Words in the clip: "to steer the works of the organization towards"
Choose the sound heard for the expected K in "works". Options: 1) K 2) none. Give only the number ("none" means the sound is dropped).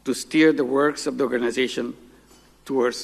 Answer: 1